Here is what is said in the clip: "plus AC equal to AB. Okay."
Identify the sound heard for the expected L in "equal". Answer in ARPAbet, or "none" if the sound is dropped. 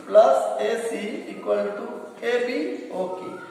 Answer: N